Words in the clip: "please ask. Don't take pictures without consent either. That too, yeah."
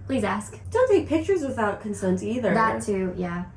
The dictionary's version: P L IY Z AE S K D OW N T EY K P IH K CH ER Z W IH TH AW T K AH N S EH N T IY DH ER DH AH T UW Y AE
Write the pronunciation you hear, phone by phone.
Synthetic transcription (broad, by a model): P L IY Z AE S K D OW N T EY K P IH K CH ER Z W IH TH AW T K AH N S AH N T IY DH ER DH AH T UW Y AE